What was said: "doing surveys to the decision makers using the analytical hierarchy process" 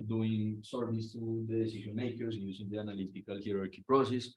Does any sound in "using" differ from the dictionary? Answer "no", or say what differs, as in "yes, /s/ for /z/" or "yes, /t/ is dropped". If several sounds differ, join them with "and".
yes, /s/ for /z/